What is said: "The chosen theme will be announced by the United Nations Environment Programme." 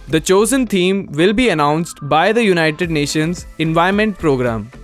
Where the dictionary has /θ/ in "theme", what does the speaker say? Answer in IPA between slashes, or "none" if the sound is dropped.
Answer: /t/